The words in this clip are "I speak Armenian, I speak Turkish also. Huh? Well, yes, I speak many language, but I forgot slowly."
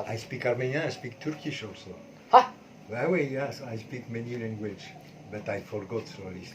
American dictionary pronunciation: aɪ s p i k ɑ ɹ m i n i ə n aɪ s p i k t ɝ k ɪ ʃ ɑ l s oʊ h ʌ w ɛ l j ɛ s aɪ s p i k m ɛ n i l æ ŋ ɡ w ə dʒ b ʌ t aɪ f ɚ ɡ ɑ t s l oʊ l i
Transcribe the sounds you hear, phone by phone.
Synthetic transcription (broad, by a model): aɪ s p i k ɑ ɹ m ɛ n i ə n aɪ s p i k t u k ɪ ʃ ɑ l s oʊ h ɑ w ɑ w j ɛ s aɪ s p i k m ɛ n i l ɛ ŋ ɡ w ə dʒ b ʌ t aɪ f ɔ ɡ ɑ t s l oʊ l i